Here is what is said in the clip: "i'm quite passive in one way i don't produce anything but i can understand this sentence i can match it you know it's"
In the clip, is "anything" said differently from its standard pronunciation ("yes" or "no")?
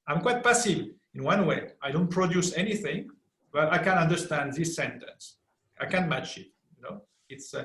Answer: no